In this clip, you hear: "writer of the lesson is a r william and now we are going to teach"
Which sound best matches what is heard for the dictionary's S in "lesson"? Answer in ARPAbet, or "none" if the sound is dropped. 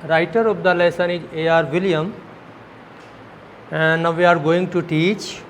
S